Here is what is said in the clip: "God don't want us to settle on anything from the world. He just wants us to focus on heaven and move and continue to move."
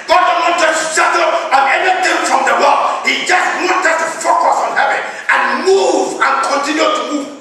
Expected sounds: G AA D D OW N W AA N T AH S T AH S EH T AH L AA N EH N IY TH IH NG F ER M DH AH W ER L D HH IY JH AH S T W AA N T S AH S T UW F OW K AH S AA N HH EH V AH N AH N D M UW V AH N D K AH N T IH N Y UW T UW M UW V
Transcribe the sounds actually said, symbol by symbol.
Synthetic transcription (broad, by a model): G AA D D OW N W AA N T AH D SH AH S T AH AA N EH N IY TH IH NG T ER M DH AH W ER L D HH IY JH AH S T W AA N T AH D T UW F OW K AH S AA N HH EH V AH N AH N M UW V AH N K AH N T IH N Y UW T UW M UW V